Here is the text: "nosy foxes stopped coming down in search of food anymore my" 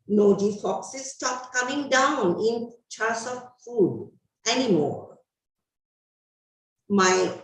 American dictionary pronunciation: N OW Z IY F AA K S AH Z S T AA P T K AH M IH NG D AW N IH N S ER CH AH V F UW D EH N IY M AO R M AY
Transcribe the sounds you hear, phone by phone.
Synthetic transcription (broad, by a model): N OW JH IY F AA K S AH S T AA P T K AH M IH NG D AW N IH N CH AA S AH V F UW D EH N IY M AO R M AY